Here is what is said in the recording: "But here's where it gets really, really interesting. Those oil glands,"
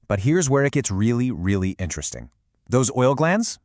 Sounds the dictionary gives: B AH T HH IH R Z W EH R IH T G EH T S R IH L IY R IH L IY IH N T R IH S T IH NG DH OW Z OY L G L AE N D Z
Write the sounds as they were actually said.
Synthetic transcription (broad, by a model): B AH T HH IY R Z W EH R IH T G EH T S R IH L IY R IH L IY IH N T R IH S T IH NG DH OW Z OY L G L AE N D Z